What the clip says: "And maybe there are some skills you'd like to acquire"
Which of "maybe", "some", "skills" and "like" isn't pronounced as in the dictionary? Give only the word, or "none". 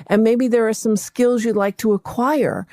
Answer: none